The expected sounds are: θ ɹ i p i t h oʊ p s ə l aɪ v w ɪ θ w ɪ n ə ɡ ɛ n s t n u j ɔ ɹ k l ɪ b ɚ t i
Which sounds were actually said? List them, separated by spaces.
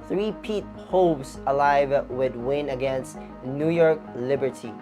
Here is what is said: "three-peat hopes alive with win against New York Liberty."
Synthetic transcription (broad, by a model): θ ɹ i p i t h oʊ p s ə l aɪ v w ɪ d w ɪ n ə ɡ ɛ n s t n u j ɔ ɹ k l ɪ b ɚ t i